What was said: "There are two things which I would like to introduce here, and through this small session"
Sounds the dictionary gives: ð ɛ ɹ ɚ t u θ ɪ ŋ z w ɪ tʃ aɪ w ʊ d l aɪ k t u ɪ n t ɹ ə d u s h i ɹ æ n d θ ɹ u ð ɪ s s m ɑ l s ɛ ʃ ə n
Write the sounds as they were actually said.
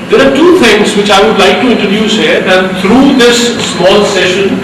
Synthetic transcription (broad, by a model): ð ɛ ɹ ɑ t u t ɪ ŋ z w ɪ tʃ aɪ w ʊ d l aɪ k t u ɪ n t ɹ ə d u s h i ɹ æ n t ɹ u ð ɪ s s m ɑ l s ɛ ʃ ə n